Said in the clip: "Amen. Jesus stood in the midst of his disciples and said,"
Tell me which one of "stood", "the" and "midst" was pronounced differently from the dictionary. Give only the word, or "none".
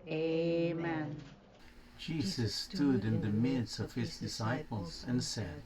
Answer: midst